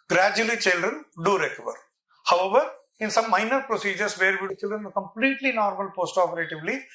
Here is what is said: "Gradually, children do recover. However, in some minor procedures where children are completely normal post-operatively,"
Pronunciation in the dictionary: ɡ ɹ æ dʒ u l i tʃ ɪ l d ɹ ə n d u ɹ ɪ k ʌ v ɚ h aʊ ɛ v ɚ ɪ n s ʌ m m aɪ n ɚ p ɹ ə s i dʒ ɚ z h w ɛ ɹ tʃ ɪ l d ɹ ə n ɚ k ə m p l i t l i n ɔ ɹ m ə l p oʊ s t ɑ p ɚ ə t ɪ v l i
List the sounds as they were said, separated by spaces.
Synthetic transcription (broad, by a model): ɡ ɹ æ dʒ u l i tʃ ɪ l d ɹ ə n d u ɹ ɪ k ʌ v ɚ h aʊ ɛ v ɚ ɪ n s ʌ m m aɪ n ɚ p ɹ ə s i dʒ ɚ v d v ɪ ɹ tʃ ɪ l d ɹ ə n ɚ k ə m p l i t l i n ɔ ɹ m ə l p oʊ s t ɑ p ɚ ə t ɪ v l i